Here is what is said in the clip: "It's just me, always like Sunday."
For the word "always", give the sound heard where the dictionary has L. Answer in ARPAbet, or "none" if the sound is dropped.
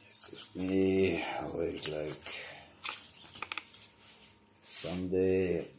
none